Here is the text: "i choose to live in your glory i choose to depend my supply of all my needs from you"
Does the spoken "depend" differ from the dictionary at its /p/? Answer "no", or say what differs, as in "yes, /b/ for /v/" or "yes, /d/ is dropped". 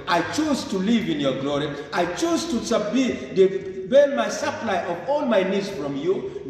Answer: yes, /b/ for /p/